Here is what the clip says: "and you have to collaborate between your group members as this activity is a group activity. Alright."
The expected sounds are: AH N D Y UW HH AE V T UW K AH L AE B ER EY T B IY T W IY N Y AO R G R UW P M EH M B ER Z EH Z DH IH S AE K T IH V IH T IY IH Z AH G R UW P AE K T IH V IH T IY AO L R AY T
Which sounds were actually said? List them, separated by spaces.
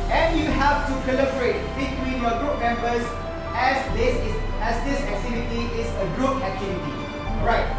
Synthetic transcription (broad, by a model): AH N Y UW HH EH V T UW K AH L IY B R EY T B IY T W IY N Y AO G R UW P M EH M B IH S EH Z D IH S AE K T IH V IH T IY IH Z AH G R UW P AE K T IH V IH T IY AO R AY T